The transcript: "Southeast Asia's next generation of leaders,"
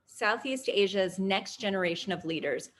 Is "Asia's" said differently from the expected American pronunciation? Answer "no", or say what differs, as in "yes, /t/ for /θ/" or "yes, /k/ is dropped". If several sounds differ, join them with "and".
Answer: no